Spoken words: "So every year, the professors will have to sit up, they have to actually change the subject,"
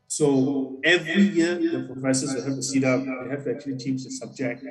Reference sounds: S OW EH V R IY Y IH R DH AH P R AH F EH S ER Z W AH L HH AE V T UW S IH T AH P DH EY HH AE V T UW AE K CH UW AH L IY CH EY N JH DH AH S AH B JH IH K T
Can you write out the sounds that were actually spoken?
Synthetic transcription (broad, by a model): S OW EH V R IY Y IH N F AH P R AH IH S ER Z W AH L HH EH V T UW S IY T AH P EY HH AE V T UW AE K CH UW AH L IY CH EY N JH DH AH S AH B JH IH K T